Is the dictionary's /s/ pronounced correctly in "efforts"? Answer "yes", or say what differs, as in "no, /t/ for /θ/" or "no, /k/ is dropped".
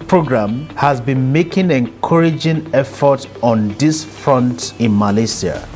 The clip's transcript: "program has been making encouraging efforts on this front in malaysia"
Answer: no, /s/ is dropped